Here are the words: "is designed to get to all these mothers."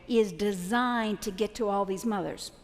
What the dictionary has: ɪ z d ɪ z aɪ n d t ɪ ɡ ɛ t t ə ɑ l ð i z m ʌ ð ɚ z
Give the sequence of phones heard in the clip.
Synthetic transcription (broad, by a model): ɪ z d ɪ z aɪ n t ɪ ɡ ɛ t t ə ɑ l ð i z m ʌ ð ɚ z